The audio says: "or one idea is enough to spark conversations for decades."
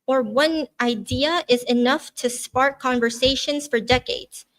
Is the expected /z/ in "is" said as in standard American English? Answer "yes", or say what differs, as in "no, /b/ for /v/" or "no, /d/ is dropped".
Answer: yes